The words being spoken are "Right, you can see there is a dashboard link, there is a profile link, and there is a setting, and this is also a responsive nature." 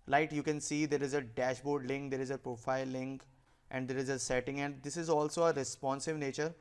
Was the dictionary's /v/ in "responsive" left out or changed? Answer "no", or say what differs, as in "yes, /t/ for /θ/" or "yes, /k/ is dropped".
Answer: no